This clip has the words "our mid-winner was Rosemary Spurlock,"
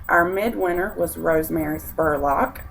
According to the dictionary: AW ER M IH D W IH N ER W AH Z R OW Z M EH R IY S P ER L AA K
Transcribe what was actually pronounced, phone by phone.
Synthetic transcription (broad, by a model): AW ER M IH D W IH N ER W AH Z R OW Z M EH R IY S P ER L AA K